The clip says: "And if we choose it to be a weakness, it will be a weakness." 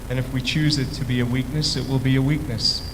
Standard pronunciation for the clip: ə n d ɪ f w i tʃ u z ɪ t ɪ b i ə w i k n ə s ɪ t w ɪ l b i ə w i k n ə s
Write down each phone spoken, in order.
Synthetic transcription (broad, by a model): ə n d ɪ f w i tʃ u z ɪ t ɪ b i ə w i k n ə s ɪ t w ɪ l b i ə w i k n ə s